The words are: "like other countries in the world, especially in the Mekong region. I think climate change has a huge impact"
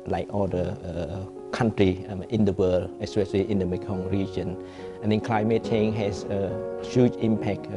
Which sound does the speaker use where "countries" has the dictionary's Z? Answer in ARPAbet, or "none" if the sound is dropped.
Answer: none